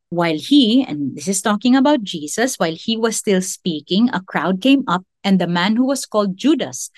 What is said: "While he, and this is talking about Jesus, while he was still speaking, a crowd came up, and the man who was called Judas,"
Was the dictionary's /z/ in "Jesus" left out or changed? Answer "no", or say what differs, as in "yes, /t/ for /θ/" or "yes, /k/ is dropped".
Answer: yes, /s/ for /z/